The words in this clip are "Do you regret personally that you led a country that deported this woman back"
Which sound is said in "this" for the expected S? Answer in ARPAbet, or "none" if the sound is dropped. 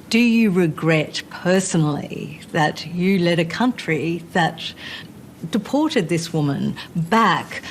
S